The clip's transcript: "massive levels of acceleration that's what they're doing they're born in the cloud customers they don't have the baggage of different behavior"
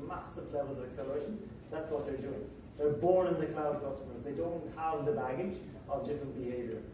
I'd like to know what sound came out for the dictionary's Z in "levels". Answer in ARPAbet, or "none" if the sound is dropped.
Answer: Z